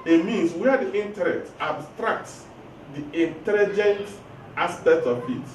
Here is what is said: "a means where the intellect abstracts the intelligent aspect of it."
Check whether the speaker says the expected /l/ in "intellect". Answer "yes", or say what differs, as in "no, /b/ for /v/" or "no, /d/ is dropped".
no, /n/ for /l/